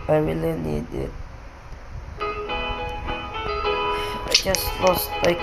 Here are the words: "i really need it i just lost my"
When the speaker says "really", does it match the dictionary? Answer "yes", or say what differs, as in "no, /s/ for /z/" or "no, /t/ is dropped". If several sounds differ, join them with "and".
no, /w/ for /ɹ/